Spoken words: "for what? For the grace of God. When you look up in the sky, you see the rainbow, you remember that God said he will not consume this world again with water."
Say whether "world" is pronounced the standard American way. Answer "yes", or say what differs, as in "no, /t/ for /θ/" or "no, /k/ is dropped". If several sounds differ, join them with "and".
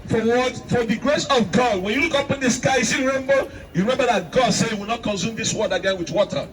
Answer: no, /l/ is dropped